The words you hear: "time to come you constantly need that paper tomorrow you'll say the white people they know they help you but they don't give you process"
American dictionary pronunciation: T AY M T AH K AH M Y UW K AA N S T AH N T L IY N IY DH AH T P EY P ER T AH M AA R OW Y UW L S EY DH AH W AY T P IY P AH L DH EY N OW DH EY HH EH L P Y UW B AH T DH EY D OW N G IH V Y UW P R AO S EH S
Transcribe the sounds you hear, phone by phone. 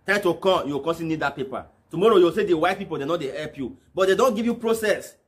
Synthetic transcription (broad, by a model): T AY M T AH K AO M Y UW K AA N S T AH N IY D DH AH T P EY P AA T AH M AA R OW Y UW W S EY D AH W AY T P IY P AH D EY N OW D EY HH EH L P Y UW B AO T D EY D OW N G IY V Y UW P R AO S EH S